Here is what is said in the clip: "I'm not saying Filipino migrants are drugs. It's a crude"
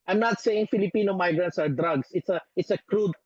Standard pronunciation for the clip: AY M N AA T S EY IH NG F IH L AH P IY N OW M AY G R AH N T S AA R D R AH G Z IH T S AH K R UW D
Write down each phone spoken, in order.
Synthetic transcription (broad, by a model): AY M N AA T S EY IH NG F IH L AH P IY N OW M AY G R AH N T S AA R D R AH G S IH T S AH K R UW D